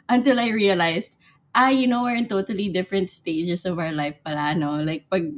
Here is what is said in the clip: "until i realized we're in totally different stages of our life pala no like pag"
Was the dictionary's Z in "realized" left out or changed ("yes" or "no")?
yes